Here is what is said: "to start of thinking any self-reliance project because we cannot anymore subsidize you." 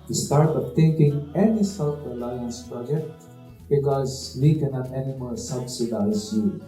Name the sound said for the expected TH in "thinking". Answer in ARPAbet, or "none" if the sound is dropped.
T